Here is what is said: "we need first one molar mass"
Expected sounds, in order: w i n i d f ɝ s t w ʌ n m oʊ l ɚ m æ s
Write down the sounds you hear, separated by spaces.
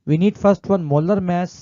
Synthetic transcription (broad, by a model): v i n i d f ɝ s t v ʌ n m oʊ l ɚ m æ s